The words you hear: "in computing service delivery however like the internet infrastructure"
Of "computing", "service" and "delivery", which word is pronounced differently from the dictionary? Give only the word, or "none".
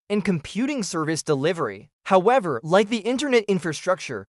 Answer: none